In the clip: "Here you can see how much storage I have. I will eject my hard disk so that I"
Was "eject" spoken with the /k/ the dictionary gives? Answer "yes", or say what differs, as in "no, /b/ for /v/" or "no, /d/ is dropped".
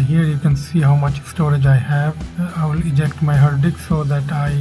yes